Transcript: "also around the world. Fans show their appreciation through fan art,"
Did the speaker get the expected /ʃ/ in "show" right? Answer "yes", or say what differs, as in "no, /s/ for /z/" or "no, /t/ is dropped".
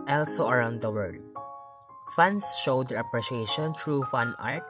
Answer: yes